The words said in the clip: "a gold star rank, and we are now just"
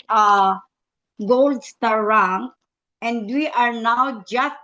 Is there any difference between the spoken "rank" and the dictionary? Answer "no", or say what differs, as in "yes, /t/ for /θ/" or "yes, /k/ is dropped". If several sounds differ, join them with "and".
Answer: yes, /k/ is dropped